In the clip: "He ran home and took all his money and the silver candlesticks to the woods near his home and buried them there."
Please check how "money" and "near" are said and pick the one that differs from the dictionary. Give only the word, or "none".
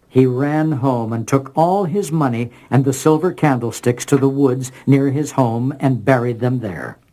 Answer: none